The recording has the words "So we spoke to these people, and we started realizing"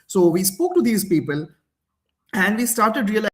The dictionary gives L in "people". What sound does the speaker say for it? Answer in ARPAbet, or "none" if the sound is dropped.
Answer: L